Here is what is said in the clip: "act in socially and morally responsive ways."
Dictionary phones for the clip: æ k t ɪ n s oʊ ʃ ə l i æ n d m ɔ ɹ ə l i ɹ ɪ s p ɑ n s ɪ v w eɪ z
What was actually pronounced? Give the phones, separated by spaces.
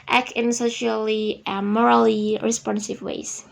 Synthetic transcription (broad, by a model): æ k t ɪ n s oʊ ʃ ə l i m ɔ ɹ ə l i ɹ ɪ s p ɑ n s ɪ v w eɪ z